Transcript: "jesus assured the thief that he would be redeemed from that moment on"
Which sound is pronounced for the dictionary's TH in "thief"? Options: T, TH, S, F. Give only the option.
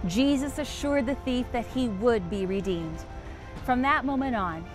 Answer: TH